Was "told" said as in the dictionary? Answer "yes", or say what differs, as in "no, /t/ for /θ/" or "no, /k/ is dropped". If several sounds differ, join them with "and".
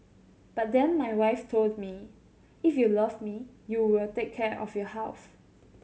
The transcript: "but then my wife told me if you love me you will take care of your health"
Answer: yes